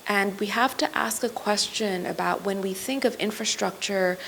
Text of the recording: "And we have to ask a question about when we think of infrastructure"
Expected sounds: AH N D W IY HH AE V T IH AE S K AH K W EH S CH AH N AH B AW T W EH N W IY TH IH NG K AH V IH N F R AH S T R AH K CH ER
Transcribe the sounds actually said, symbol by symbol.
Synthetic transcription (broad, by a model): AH N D W IY HH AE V T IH AE S K AH K W EH S CH AH N AH B AW T W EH N W IY TH IH NG K AH V IH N F R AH S T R AH K CH ER